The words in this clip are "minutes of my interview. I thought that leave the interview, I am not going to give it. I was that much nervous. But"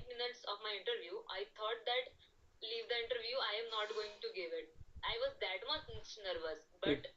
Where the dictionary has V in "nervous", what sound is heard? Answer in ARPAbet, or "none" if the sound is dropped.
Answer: V